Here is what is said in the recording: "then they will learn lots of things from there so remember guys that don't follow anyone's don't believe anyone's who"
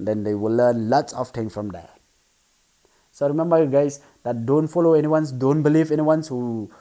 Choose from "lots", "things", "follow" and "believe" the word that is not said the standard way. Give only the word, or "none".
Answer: things